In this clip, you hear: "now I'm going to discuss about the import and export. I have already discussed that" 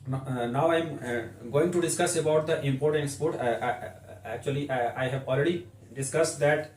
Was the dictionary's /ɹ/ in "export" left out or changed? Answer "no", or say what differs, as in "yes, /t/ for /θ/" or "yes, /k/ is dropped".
yes, /l/ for /ɹ/